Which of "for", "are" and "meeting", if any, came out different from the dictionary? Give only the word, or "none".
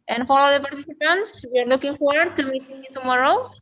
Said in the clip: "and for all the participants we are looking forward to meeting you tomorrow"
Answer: for